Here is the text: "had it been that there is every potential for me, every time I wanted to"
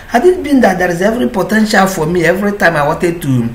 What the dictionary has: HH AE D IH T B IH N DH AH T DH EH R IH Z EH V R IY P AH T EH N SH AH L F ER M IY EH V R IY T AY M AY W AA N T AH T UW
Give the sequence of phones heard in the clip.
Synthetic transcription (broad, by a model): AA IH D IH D B IH N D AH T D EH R IH Z EH V R IY P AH T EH N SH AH L F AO M IY EH V R IY T AY M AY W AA T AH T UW